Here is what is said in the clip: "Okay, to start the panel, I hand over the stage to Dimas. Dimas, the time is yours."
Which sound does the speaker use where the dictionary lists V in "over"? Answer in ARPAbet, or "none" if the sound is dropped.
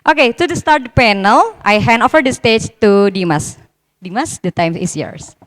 F